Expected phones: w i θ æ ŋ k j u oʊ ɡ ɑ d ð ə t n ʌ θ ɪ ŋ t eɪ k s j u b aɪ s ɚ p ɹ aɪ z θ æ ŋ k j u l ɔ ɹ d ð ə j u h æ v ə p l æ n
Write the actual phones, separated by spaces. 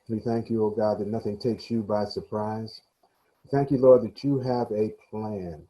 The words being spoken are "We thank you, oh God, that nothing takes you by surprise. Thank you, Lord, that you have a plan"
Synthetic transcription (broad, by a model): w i θ æ ŋ k j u oʊ ɡ ɑ d ð ə t n ʌ θ ɪ ŋ t eɪ k s j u b aɪ s ɚ p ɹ aɪ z θ æ ŋ k j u l ɔ ɹ d ð ə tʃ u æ v ə p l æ n